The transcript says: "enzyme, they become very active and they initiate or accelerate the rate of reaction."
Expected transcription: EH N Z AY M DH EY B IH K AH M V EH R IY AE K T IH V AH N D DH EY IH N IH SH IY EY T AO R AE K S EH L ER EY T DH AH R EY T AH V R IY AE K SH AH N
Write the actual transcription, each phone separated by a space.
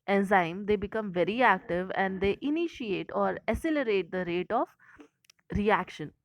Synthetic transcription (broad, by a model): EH N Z AY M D EY B IH K AH M V EH R IY AE K T IH V AH N D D EY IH N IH SH IY EY T AO R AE S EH L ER EY T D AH R EY T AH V R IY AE K SH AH N